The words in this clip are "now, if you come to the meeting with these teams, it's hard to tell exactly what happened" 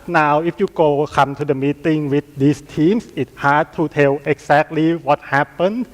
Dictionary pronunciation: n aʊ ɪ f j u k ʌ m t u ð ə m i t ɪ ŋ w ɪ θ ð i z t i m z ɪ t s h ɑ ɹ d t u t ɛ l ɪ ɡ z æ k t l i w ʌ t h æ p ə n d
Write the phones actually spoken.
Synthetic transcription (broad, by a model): n aʊ ɪ f j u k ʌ m t u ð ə m i t ɪ ŋ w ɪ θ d i s t i m s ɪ t h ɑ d t u t ɛ l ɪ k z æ k t l i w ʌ t h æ p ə n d